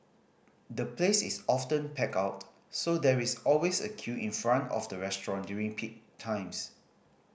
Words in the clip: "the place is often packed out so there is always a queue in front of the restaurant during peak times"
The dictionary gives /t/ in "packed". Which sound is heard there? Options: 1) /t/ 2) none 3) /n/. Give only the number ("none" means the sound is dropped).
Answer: 2